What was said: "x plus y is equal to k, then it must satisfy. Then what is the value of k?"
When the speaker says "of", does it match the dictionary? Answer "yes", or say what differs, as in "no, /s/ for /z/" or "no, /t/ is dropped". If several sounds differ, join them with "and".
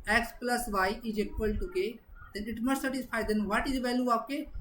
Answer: no, /p/ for /v/